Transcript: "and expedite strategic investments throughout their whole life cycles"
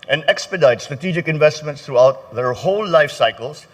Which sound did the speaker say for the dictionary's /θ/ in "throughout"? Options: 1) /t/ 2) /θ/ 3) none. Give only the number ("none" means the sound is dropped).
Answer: 1